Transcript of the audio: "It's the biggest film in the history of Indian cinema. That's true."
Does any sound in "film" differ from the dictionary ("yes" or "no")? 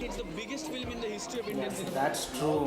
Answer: no